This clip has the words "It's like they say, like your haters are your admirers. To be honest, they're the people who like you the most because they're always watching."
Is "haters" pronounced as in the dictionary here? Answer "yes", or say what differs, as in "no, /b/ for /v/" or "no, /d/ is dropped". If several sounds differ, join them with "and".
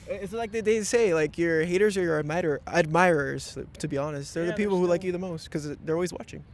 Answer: yes